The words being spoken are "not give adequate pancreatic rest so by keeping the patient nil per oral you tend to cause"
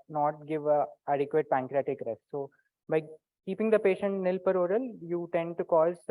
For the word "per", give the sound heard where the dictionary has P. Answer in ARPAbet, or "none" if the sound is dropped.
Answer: P